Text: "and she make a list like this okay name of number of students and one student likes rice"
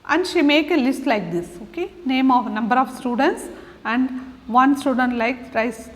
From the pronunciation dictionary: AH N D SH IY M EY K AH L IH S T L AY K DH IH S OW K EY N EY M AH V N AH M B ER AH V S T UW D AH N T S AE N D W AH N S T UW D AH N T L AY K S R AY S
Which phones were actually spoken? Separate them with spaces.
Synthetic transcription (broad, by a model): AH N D SH IY M EY K AH L IH S T L AY K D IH S OW K EY N EY M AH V N AH M B ER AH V S T UW D AH N T S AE N D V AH N S T UW D AH N T L AY K R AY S